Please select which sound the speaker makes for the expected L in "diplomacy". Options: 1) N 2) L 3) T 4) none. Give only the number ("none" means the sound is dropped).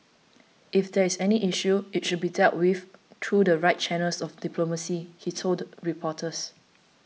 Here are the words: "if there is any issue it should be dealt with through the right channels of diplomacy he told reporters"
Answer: 2